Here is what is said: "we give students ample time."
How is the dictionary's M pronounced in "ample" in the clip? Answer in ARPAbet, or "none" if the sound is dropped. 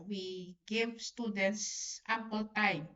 none